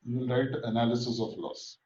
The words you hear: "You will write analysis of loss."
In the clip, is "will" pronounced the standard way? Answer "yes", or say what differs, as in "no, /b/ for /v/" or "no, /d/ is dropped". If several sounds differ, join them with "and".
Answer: no, /n/ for /l/